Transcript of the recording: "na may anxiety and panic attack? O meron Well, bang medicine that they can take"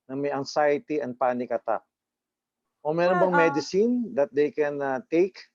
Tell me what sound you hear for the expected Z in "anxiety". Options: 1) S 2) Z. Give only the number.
1